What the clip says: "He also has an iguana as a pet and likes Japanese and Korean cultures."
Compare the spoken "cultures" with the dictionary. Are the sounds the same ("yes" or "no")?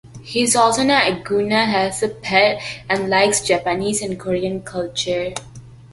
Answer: no